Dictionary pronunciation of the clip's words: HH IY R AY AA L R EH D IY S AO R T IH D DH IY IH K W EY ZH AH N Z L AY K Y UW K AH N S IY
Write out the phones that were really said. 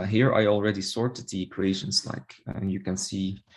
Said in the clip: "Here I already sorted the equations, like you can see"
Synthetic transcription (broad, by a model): HH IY R AY AA L R EH D IY S AO R T IH D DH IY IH K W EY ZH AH N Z L AY K Y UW K AH N S IY